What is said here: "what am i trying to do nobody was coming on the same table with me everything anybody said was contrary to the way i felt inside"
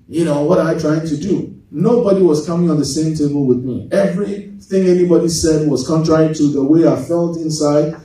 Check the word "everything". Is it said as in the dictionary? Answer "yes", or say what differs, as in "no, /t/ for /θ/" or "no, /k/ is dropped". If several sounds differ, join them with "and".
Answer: yes